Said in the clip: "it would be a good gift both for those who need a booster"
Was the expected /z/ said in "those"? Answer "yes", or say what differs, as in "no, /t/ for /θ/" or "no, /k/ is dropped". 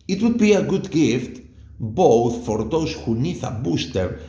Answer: no, /s/ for /z/